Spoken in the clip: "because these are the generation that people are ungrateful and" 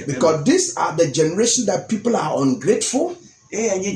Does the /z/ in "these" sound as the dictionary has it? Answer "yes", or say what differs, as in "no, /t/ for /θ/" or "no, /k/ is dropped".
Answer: no, /s/ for /z/